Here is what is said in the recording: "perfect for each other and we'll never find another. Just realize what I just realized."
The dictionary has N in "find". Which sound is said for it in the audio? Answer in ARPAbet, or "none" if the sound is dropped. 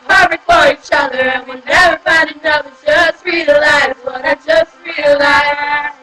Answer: none